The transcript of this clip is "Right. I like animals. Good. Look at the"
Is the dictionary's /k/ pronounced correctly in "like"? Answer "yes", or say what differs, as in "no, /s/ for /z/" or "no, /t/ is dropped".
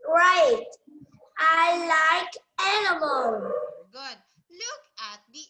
yes